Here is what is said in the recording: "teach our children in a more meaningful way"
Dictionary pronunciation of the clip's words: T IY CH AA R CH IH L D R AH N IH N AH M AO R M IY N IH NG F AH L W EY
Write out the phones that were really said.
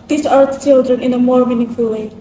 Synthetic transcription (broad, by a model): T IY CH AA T CH IH L D R AH N IH N AH M AO R M IY N IH NG F AH L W EY